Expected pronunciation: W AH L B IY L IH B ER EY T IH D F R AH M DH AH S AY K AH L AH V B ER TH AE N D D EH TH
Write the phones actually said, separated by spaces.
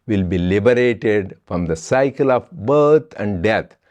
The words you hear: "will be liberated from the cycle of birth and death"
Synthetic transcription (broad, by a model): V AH L B IY L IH B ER EY T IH D F R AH M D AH S AY K AH L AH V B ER T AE N D D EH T